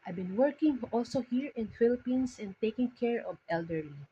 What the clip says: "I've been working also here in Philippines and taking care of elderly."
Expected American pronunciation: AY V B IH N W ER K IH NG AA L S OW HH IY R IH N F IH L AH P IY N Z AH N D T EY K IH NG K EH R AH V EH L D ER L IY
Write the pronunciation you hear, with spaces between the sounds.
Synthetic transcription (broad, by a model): AY B IH N W ER K IH NG AA L S OW HH IY R IH N F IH L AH P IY N S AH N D T EY K IH NG K EH R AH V EH L D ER L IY